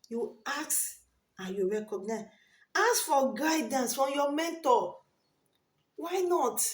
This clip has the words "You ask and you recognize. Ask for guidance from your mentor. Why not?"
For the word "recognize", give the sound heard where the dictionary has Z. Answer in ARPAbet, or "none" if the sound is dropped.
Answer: none